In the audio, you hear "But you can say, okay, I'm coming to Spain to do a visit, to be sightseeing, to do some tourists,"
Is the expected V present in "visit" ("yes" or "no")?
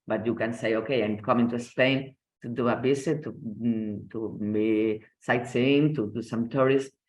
no